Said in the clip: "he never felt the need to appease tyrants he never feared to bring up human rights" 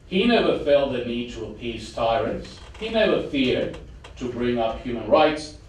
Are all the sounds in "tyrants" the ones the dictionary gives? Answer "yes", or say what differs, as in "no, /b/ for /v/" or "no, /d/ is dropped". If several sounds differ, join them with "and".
yes